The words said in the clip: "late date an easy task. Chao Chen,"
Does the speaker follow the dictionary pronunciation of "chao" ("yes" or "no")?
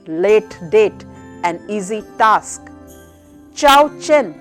yes